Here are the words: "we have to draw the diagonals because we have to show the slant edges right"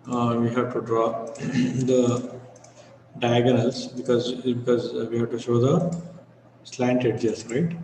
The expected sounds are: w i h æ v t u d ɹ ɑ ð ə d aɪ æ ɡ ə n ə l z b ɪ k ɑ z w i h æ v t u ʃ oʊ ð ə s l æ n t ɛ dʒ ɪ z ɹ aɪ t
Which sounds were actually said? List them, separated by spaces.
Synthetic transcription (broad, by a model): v i h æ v t u d ɹ ɑ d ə d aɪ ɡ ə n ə l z b ɪ k ɑ z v i h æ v t u ʃ oʊ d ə s l æ n t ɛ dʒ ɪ s ɹ aɪ t